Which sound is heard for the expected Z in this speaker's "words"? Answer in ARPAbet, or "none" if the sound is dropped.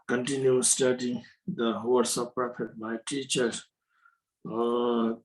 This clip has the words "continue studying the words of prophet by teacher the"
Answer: S